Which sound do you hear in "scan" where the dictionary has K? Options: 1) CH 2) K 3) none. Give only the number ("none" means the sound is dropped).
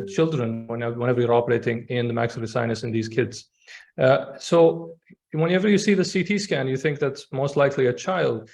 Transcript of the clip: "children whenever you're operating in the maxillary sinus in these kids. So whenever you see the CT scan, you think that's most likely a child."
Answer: 2